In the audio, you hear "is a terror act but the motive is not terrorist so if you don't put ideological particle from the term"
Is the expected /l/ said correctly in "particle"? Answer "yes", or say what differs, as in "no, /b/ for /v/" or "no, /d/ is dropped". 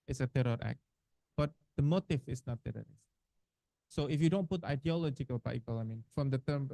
no, /n/ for /l/